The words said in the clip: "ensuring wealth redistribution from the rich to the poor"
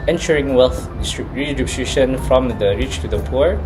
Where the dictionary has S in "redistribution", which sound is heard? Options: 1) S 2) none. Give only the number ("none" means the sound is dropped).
2